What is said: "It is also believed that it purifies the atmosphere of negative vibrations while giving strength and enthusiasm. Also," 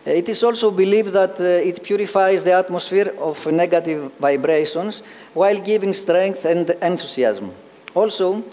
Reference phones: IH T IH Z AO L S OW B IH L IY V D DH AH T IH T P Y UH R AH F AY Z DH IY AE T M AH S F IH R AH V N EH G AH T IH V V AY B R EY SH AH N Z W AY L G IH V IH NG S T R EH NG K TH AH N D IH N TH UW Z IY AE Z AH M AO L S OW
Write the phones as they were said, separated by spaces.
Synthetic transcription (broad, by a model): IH T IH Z AO L S OW B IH L IY V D DH AH T IH T P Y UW R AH F AY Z DH IY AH T M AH S F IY R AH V N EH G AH T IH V V AY B R EY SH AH N S W AY L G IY V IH NG S T R EH NG K TH AH N D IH N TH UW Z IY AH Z M AO L S OW